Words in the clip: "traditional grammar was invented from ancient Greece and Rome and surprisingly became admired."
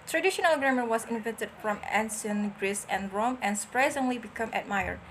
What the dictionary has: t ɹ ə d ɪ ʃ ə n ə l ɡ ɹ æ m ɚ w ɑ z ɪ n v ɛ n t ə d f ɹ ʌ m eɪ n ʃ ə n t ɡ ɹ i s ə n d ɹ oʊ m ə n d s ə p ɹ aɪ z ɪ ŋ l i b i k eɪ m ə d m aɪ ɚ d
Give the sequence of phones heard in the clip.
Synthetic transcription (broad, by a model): t ɹ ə d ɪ ʃ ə n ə l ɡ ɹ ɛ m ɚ w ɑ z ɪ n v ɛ n t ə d f ɹ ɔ m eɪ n s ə n ɡ ɹ i s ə n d ɹ oʊ m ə n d s ə p ɹ aɪ z ɪ ŋ l i b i k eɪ m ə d m aɪ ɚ